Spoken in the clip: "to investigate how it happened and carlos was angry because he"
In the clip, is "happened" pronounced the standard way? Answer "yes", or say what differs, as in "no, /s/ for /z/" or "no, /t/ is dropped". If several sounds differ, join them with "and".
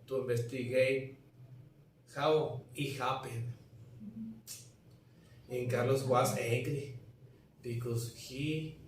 no, /d/ is dropped